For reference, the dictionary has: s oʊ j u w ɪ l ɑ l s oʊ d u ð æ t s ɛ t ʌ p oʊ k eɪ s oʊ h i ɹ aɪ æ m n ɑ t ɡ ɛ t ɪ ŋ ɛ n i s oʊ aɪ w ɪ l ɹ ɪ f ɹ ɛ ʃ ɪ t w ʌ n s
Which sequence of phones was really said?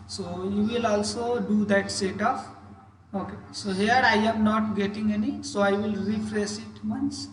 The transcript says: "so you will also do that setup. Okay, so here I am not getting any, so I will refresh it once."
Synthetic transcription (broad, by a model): s oʊ j u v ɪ l ɑ l s oʊ d u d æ t s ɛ t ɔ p oʊ k eɪ s oʊ h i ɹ aɪ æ m n ɑ t ɡ ɛ t ɪ ŋ ɛ n i s oʊ aɪ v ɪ l ɹ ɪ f ɹ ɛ s ɪ t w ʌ n s